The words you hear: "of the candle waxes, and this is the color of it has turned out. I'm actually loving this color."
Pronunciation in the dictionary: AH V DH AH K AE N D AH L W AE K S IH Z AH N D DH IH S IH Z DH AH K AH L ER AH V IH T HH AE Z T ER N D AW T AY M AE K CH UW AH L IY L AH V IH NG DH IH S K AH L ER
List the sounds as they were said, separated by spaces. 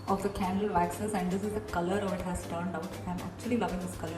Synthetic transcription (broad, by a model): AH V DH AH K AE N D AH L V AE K S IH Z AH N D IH S IH Z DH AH K AH L ER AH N IH T HH AE Z T ER N D AW T AY M AE K CH UW AH L IY L AH V IH NG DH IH S K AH L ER